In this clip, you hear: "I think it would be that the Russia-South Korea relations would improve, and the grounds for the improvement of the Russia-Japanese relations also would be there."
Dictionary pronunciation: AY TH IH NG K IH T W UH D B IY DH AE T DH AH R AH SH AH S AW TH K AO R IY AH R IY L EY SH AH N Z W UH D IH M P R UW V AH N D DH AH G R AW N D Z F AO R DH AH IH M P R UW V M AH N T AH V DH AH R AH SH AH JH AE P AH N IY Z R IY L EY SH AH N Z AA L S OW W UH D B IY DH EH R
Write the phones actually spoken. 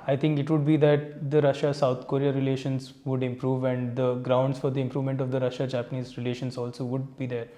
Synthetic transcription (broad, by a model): AY T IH NG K IH T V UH D B IY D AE T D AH R AH SH AH S AW T K AO R IY AH R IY L EY SH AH N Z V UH D IH M P R UW V AH N D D AH G R AW N D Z F AO R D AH IH M P R UW V M AH N T AH V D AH R AH SH AH JH AE P AH N IY Z R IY L EY SH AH N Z AA L S OW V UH D B IY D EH R